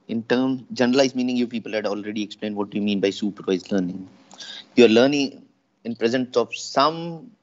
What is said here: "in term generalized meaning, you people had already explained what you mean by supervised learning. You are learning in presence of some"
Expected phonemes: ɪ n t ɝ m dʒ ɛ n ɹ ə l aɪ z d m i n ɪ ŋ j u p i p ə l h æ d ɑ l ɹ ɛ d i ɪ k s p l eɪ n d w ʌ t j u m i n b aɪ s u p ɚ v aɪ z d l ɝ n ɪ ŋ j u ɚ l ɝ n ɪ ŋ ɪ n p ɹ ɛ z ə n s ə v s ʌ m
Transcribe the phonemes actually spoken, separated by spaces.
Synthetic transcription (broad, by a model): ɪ n t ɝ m dʒ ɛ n ə l aɪ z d m i n ɪ ŋ j u p i p ə l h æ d ɑ l ɹ ɛ d i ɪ k s p l eɪ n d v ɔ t j u m i n b aɪ s u p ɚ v aɪ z l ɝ n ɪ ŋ j u ɚ l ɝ n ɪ ŋ ɪ n p ɹ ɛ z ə n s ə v s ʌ m